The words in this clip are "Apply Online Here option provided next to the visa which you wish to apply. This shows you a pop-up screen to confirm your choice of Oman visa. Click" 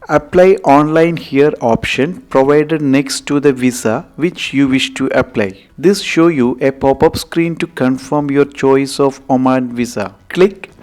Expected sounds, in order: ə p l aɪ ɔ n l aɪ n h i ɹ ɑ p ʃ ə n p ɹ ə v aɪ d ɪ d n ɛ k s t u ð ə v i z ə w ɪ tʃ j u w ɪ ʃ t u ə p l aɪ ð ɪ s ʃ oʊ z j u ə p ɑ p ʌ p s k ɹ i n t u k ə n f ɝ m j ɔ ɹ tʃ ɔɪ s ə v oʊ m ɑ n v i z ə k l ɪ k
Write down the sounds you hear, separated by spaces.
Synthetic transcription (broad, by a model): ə p l aɪ ɔ n l aɪ n h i ɹ ɑ p ʃ ə n p ɹ ə v aɪ d ɪ d n ɛ k s t u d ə v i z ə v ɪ tʃ j u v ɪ ʃ t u ə p l aɪ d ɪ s ʃ oʊ j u ə p ɑ p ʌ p s k ɹ i n t u k ə n f ɝ m j ɔ ɹ tʃ ɔɪ s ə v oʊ m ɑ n v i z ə k l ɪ k